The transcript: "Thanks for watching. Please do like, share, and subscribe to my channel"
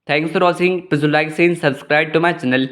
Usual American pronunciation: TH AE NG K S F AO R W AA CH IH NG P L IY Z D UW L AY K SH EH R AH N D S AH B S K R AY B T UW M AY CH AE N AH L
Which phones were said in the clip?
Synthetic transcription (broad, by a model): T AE NG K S F AO R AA S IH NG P IY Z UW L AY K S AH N S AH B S K R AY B T UW M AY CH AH N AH L